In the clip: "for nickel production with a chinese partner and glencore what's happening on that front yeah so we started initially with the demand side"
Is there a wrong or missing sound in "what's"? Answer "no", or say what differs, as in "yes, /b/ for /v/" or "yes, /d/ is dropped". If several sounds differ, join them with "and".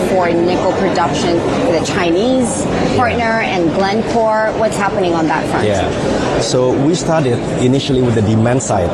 no